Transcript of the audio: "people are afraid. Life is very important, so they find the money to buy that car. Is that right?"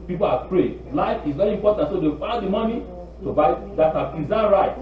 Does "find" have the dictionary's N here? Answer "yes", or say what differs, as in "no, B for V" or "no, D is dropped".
no, N is dropped